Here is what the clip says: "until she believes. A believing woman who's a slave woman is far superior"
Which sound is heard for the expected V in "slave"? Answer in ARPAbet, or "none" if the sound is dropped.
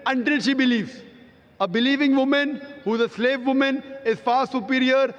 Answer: V